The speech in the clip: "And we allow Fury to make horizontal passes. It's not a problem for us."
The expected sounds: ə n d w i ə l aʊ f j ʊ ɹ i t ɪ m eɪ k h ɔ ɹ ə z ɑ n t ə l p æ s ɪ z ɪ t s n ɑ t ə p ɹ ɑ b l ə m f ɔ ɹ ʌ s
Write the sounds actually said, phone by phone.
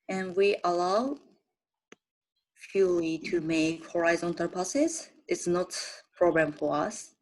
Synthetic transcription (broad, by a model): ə n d w i ə l aʊ f j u l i t ɪ m eɪ k h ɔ ɹ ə z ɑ n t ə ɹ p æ s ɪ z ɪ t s n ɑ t p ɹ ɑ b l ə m f ɔ ɹ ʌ s